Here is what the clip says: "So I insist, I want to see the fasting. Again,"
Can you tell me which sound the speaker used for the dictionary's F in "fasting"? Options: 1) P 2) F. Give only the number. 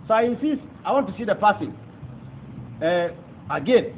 1